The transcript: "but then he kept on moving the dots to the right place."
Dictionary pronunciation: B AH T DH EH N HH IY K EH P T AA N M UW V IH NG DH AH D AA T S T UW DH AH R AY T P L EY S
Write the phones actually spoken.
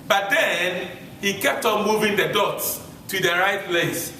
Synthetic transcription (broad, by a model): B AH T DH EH N HH IY K EH P T AA N M UW V IH NG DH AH D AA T S T UW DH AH R AY T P L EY S